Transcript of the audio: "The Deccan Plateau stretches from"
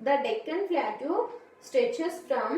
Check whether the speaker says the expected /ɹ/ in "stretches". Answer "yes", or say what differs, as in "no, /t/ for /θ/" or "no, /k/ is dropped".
no, /ɹ/ is dropped